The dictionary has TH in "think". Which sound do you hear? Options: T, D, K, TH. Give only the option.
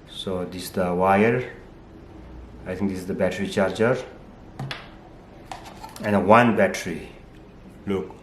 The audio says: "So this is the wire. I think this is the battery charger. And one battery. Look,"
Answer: T